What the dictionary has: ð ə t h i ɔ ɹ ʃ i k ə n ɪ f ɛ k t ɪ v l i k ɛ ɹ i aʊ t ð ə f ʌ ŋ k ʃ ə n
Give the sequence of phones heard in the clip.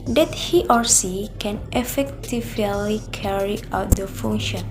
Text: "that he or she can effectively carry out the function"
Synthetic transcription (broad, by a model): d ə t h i ɔ ɹ s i k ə n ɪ f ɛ k t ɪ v l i k ɛ ɹ i aʊ t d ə f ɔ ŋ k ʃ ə n